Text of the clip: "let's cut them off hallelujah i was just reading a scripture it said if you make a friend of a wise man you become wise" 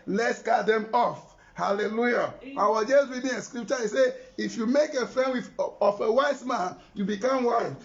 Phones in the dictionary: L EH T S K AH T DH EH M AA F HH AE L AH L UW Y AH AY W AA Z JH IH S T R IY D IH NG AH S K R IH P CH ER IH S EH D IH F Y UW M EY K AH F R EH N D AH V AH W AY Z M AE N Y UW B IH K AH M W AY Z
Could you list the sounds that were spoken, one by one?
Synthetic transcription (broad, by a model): L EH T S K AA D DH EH M AA F HH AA L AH L UW Y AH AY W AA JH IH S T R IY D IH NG AH S K R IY P CH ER IH S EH IH F Y UW M EY K AH F R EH N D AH F AH W AY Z M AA N Y UW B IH K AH M W AY